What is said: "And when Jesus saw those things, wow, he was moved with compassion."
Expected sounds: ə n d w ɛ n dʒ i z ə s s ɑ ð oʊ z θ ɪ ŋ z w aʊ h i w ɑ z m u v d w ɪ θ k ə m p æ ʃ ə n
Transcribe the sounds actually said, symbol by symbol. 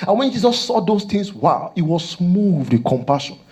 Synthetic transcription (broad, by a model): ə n w ɛ n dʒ i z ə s s ɑ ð oʊ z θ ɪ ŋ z w aʊ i w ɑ s m u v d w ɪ k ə m p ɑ ʃ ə n